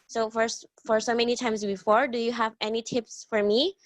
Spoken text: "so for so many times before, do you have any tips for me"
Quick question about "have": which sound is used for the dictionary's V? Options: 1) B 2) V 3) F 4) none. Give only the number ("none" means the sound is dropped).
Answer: 2